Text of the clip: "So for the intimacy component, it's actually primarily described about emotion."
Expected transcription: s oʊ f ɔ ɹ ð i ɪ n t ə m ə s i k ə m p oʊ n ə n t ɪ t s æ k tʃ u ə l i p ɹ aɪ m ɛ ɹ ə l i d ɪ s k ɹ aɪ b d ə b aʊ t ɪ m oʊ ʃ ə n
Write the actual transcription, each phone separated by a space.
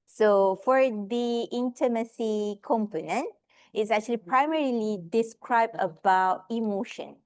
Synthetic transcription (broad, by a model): s oʊ f ɔ ɹ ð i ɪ n t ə m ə s i k ə m p oʊ n ə n t ɪ t s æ k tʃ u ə l i p ɹ aɪ m ɛ ɹ ə l i d ɪ s k ɹ aɪ b d ə b aʊ t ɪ m oʊ ʃ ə n